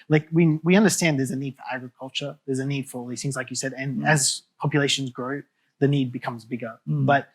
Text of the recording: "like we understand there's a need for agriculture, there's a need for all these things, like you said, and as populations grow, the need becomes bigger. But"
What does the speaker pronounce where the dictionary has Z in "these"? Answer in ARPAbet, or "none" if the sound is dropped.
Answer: none